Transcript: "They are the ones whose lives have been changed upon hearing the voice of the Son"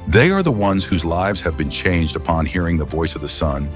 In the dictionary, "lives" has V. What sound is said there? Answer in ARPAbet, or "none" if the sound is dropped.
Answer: V